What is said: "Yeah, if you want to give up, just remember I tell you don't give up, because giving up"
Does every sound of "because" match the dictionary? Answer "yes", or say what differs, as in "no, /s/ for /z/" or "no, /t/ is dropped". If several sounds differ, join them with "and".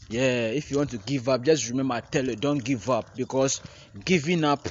no, /s/ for /z/